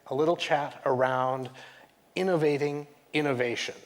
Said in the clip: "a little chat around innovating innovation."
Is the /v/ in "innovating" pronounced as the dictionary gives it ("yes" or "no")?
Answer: yes